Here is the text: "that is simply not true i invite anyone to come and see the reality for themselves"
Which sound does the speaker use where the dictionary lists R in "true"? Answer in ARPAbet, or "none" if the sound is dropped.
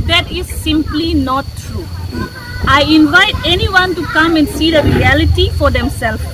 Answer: R